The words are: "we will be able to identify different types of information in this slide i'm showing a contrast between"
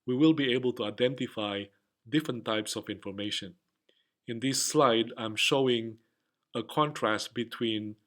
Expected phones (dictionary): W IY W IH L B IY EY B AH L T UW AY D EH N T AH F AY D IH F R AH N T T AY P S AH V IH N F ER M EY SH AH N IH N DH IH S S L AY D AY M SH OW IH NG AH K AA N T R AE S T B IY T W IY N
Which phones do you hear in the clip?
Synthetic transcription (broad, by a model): W IY W IH L B IY EY B AH L T UW AY D EH N T AH F AY D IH F R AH N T T AY P S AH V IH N F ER M EY SH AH N IH N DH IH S S L AY D AY M SH OW IH NG AH K AA N T R AE S T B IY T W IY N